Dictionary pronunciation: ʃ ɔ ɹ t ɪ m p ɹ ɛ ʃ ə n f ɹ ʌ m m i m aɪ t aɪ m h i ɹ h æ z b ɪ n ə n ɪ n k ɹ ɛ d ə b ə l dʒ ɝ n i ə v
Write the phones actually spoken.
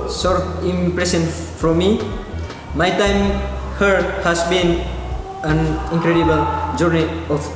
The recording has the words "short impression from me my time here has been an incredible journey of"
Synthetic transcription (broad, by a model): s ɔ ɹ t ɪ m p ɹ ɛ s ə n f ɹ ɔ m m i m aɪ t aɪ m h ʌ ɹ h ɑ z b ɪ n ə n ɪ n k ɹ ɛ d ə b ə l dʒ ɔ n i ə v